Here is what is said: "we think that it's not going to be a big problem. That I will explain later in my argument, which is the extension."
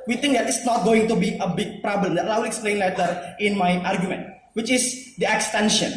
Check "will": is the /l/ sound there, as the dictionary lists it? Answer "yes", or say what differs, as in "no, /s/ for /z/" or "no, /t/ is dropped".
no, /w/ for /l/